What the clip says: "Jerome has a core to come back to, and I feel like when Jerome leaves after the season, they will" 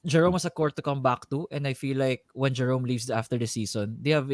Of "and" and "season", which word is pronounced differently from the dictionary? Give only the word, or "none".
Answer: season